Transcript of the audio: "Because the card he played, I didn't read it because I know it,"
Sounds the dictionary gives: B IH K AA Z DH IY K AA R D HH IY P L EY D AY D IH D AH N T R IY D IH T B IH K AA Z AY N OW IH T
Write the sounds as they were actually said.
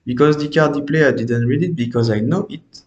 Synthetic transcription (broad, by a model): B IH K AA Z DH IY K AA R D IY P L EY AY D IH D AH N T R IY D IH T B IH K AA Z AY N OW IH T